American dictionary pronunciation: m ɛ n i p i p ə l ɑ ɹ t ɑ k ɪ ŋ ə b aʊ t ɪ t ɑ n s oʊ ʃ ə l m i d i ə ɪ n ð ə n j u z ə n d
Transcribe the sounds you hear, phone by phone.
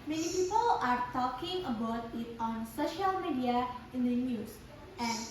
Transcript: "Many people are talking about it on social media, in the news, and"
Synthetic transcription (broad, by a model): m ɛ n i p i p ə l ɑ ɹ t ɑ k ɪ ŋ ə b aʊ t ɪ t ɑ n s oʊ ʃ ə l m i d i ə ɪ n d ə n j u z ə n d